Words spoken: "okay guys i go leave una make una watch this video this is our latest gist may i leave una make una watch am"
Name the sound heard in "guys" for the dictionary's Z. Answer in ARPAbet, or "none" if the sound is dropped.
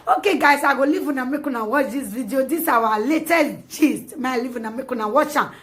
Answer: S